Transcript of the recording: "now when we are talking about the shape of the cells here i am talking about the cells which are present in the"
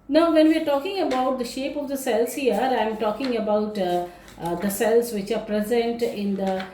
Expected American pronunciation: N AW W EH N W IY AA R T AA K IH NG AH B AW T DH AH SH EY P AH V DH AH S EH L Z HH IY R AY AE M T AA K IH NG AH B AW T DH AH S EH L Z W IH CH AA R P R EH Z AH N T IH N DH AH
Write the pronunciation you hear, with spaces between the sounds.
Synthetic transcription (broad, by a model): N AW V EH N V IY AA R T AA K IH NG AH B AW T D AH SH EY P AH V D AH S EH L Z HH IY R AY M T AA K IH NG AH B AW T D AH S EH L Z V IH CH AA R P R EH Z AH N T IH N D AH